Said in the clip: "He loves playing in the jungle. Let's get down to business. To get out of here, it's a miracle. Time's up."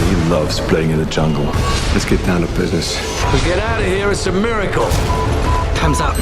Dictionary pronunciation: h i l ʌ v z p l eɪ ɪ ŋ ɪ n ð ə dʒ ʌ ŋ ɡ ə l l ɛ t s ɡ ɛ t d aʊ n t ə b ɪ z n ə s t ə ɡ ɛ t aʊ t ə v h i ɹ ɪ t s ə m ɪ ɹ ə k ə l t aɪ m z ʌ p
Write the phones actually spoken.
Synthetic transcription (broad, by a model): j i l ʌ v z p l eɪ ɪ ŋ ɪ n ð ə dʒ ʌ ŋ ɡ ə l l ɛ t s ɡ ɛ t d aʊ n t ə b ɪ z n ə s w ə ɡ ɛ t aʊ t ə v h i ɹ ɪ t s ə m ɪ ɹ ə k ə l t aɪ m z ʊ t